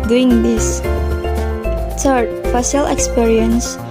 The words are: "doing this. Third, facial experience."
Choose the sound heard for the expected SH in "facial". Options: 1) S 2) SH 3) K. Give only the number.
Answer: 1